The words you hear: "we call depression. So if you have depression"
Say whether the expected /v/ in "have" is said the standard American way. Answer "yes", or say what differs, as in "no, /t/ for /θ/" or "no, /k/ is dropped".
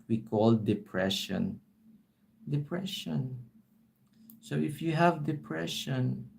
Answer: yes